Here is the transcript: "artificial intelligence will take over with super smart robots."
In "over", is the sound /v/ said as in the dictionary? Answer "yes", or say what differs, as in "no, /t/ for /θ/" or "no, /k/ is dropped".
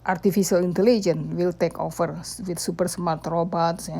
no, /f/ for /v/